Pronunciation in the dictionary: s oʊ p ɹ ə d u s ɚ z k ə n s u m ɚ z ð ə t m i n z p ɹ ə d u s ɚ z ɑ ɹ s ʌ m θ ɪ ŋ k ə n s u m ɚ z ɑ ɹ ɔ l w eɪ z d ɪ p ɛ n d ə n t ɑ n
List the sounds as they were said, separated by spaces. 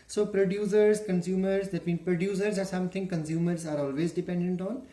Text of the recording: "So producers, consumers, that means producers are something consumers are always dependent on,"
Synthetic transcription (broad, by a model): s oʊ p ɹ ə d u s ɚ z k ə n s u m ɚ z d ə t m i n p ɹ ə d u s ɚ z ɑ ɹ s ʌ m t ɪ ŋ k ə n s u m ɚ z ɑ ɹ ɔ l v eɪ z d ɪ p ɛ n d ə n t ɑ n